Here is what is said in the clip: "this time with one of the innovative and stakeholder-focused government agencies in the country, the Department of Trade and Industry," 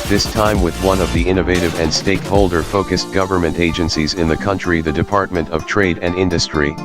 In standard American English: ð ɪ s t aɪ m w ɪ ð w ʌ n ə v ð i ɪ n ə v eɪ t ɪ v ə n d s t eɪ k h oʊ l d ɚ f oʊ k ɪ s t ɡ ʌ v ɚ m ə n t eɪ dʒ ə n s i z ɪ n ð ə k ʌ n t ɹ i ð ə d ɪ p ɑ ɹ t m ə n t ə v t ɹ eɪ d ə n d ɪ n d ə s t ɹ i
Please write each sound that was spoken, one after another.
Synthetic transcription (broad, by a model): ð ɪ s t aɪ m w ɪ ð w ʌ n ə v ð i ɪ n ə v eɪ t ɪ v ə n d s t eɪ k h oʊ l d ɚ f oʊ k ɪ s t ɡ ʌ v ɚ m ə n t eɪ dʒ ə n s i z ɪ n ð ə k ʌ n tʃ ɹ i ð ə d ɪ p ɑ ɹ t m ə n t ə v t ɹ eɪ d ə n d ɪ n d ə s t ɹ i